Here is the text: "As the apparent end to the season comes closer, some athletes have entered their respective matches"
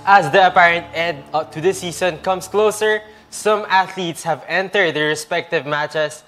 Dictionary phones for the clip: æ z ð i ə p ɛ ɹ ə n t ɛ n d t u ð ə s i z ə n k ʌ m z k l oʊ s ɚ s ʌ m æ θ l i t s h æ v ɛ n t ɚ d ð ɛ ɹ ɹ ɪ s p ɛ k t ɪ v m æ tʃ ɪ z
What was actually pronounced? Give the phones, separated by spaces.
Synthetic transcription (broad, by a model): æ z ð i ə p ɛ ɹ ə n t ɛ d t u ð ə s i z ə n k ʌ m s k l oʊ s ɚ s ʌ m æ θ l i t s h æ v ɛ n t ɚ d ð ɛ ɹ ɹ ɪ s p ɛ k t ɪ v m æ tʃ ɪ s